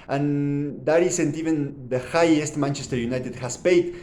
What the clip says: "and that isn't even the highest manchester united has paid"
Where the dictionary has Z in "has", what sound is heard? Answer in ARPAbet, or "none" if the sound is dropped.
S